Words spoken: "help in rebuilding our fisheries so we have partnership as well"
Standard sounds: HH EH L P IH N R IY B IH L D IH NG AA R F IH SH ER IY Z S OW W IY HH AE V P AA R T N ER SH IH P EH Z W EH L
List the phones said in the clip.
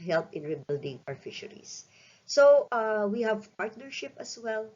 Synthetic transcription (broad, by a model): HH EH L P IH N R IY B IH L D IH NG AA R F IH SH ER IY S OW W IY HH AE V P AA R T N ER SH IH P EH S W EH L